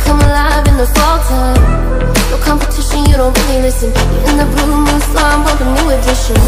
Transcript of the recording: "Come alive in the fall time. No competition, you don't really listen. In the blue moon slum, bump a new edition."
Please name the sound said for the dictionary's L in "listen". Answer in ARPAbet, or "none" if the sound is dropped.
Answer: N